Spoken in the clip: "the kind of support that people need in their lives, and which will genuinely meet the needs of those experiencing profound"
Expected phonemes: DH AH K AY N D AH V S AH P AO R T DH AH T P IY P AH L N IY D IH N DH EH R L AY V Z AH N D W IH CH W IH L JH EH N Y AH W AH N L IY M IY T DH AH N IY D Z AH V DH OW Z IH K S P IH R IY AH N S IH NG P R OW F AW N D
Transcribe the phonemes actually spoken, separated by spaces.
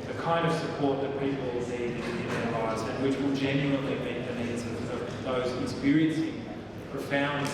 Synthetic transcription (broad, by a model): DH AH K AY N D AH V S AH P AO R T DH AH T P IY P L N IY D IH N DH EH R L AY V Z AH N W IH CH W IH L JH EH N Y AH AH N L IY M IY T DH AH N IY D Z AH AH DH OW Z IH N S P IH R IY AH N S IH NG P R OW F AW N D